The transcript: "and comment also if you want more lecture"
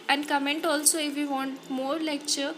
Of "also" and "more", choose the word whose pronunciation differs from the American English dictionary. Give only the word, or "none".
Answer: none